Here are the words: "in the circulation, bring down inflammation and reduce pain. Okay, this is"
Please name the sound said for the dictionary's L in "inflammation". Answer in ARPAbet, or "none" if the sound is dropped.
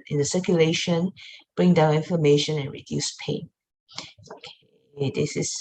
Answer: none